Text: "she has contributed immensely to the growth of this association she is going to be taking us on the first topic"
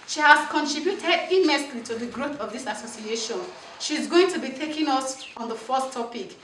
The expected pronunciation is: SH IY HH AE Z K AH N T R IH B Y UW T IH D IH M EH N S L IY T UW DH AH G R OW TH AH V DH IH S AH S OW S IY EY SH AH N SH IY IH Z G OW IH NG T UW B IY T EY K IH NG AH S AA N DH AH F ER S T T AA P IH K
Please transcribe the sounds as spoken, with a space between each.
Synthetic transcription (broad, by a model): SH IY HH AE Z K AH N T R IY B Y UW T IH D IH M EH S L IY T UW DH AH G R OW TH AH V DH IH S AH S OW S IY EY SH AH N SH IY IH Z G OW IH NG T UW B IY T EY K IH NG AH S AA N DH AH F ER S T T AA P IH K